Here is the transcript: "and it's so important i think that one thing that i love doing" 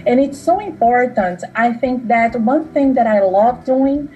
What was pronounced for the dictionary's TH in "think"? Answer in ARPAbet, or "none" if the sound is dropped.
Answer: TH